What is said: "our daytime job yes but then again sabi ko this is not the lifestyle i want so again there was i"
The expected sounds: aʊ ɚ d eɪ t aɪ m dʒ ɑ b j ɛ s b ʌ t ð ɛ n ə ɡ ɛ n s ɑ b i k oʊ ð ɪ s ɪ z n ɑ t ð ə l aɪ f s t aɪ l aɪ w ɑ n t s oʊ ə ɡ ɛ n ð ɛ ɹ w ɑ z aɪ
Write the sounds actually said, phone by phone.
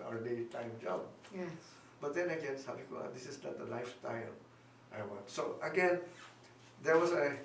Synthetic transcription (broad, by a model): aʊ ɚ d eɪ t aɪ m dʒ ɑ b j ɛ b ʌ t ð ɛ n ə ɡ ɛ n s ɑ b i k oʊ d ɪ s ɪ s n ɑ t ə l aɪ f s t aɪ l aɪ w ɑ n t s oʊ ə ɡ ɛ n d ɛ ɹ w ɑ s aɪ